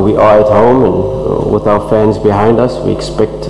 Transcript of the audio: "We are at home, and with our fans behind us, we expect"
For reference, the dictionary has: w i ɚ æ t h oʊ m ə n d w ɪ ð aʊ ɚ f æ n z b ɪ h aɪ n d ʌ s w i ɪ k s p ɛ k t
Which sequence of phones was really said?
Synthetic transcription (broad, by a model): w i ɚ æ t h oʊ m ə n w ɪ ð aʊ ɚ f æ n z b ɪ h aɪ n d ʌ s w i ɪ k s p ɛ k t